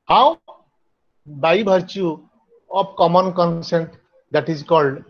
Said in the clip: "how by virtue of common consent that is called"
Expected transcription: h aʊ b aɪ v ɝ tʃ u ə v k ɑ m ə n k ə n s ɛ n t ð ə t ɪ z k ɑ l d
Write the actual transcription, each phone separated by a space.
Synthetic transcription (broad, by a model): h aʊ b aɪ b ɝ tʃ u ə p k ɑ m ə n k ə n s ɛ n t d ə t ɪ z k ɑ l d